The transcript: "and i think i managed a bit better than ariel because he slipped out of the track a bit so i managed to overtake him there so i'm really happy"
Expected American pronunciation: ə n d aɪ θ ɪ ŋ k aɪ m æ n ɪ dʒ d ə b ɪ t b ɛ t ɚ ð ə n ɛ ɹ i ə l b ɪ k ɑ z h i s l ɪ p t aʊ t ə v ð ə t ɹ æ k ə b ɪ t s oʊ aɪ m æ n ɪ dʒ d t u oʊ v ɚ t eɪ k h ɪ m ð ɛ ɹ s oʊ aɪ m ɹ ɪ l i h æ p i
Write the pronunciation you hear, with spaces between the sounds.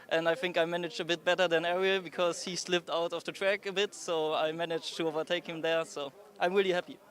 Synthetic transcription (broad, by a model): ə n d aɪ θ ɪ ŋ k aɪ m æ n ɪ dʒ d ə b ɪ t b ɛ t ɚ ð ə n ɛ ɹ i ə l b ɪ k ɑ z h i s l ɪ p t aʊ t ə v ð ə t ɹ æ k ə b ɪ t s oʊ aɪ m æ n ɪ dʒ t u oʊ v ɚ t eɪ k h ɪ m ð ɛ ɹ s oʊ aɪ m ɹ ɪ l i h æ p i